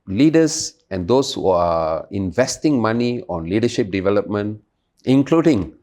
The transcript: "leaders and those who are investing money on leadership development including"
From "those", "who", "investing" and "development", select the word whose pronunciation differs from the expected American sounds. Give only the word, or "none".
those